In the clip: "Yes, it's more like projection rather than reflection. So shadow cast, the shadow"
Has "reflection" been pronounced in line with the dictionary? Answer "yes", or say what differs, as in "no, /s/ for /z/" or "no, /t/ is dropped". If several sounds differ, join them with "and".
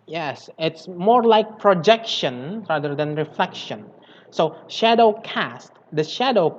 yes